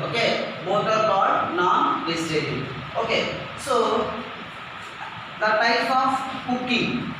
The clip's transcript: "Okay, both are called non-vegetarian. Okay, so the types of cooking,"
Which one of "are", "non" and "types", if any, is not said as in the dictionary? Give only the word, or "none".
types